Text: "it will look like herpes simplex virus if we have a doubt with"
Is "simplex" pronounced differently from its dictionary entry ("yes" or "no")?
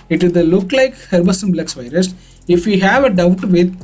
yes